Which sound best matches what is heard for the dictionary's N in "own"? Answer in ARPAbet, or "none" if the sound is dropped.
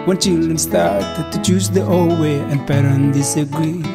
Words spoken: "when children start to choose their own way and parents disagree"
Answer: L